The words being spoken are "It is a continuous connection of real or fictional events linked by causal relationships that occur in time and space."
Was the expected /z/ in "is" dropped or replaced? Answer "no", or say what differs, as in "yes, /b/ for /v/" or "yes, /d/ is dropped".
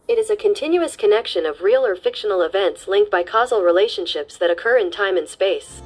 no